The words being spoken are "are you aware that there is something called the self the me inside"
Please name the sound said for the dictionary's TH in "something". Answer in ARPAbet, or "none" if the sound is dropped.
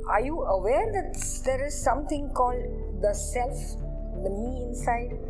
T